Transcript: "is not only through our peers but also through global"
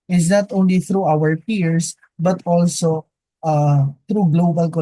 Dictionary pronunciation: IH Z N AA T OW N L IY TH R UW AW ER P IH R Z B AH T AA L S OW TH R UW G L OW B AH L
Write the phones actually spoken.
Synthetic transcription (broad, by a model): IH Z N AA T OW N L IY TH R UW AW ER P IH R S B AH T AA L S OW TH R UW G L OW B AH L